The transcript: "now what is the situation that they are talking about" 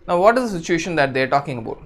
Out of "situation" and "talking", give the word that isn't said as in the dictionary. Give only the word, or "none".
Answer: none